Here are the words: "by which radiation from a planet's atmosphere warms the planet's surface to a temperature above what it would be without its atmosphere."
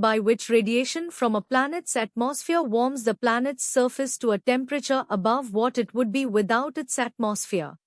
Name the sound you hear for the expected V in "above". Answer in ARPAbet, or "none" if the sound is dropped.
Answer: V